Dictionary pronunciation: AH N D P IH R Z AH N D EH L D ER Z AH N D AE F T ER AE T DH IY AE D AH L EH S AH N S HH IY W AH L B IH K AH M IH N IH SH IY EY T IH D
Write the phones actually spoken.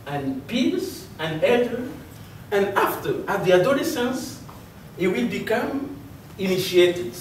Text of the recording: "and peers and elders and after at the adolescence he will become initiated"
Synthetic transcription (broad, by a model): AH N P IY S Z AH N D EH D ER AH N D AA F T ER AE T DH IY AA D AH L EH S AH N S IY W AH L B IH K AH M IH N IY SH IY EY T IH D